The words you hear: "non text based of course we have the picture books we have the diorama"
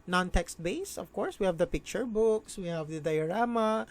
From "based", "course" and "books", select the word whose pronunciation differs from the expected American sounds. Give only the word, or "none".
based